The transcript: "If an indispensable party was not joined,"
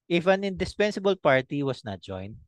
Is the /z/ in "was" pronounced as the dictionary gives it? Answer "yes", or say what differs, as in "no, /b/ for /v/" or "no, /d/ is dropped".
no, /s/ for /z/